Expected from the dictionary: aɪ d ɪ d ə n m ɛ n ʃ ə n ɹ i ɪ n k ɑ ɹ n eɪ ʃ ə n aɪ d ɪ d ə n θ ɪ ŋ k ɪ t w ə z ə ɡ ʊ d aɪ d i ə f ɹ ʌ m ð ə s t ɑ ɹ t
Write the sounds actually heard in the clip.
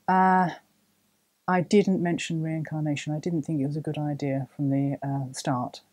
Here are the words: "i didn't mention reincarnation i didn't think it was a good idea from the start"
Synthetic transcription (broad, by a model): aɪ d ɪ d n m ɛ n ʃ ə n ɹ i ɪ n k ɑ ɹ n eɪ ʃ ə n aɪ d ɪ d n θ ɪ ŋ k ɪ t w ə z ə ɡ ʊ d aɪ d i ə f ɹ ʌ m ð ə s t ɑ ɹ t